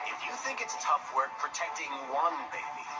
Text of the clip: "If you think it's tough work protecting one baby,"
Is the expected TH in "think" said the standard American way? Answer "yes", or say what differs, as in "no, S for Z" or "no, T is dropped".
yes